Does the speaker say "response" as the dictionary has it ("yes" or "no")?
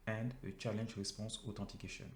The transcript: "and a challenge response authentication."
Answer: no